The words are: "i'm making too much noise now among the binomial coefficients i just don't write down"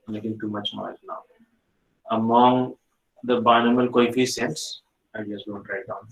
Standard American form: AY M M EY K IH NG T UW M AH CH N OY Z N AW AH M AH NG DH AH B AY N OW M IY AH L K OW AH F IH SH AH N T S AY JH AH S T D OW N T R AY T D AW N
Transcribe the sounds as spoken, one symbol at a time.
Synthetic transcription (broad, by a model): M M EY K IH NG T UW M AH CH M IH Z N AW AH M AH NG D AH B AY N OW M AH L K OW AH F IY S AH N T S AY JH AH S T D OW N T R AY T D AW N